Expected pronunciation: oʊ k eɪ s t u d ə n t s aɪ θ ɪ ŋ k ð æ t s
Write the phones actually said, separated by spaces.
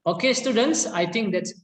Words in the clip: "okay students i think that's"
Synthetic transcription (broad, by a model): oʊ k eɪ s t u d ə n t s aɪ t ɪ ŋ k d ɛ t s